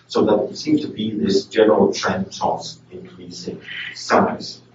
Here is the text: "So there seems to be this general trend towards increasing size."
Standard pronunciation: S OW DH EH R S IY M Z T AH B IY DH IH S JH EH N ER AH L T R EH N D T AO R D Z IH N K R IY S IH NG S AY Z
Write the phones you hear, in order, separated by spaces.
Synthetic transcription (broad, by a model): S OW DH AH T S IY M T AH B IY DH IH S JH EH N ER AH L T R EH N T AO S IH N K R IY S IH NG S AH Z